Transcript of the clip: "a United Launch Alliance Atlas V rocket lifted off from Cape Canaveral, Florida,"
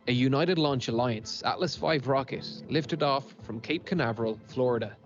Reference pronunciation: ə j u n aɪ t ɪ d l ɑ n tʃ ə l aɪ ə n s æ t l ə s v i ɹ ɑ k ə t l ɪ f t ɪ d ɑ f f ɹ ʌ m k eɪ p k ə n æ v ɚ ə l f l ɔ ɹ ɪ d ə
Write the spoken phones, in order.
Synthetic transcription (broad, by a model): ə j u n aɪ t ɪ d l ɑ n tʃ ə l aɪ ə n s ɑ t l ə s f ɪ ɹ ɑ k ə t l ɪ f t ɪ d ɑ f f ɹ ʌ m k eɪ p k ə n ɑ v ɚ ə l f l ɔ ɹ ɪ d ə